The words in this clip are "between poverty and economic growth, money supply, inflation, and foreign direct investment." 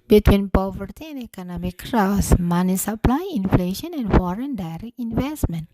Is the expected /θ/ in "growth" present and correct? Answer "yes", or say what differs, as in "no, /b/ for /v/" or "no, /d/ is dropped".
no, /s/ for /θ/